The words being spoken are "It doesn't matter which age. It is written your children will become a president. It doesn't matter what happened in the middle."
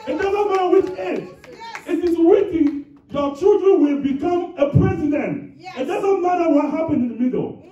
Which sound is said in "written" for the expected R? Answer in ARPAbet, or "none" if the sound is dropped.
W